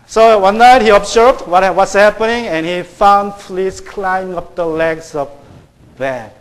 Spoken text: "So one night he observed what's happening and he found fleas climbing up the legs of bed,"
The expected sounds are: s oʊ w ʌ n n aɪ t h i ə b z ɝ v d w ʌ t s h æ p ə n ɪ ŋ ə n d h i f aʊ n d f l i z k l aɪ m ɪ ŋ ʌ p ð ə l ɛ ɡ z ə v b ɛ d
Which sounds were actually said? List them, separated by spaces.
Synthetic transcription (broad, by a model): s oʊ w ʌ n n aɪ t h i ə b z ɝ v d w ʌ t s h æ p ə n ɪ ŋ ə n h i f aʊ n d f l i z k l aɪ ɪ ŋ ʌ p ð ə l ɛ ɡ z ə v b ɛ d